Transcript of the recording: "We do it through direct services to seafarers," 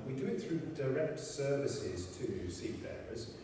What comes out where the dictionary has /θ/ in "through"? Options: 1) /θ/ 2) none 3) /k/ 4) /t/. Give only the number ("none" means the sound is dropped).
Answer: 1